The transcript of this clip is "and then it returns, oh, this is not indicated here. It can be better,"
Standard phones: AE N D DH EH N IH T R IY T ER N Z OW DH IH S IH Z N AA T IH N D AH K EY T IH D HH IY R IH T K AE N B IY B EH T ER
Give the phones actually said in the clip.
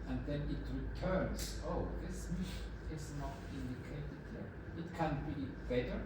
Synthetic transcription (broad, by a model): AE N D DH EH N IH T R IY T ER N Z OW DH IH S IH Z N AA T IH N D AH K EY T IH D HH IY R IH T K AE N B IY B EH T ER